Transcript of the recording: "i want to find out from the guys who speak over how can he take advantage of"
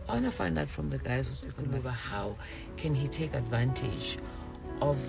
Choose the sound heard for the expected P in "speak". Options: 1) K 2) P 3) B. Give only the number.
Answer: 3